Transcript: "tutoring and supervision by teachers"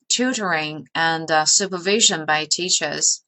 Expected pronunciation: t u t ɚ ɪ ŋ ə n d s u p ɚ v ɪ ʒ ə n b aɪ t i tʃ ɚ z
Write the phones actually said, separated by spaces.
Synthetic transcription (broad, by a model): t u t ɚ ɪ ŋ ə n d s u p ɚ v ɪ ʒ ə n b aɪ t i tʃ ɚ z